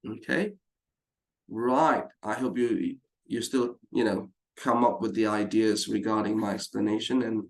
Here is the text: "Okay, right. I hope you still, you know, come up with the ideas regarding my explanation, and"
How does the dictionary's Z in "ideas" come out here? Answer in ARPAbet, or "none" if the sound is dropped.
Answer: Z